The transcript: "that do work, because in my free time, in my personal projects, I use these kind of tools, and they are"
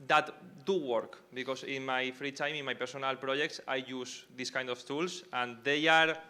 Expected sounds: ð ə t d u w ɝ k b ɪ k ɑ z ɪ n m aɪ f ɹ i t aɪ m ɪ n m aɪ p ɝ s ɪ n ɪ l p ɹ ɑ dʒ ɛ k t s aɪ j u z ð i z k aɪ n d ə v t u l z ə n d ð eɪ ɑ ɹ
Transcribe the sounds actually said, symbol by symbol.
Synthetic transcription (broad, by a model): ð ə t d u w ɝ k b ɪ k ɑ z ɪ n m aɪ f ɹ i t aɪ m ɪ n m aɪ p ɝ s ɪ n ɪ l p ɹ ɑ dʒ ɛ k t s aɪ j u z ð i s k aɪ n d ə f t u l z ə n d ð eɪ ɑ ɹ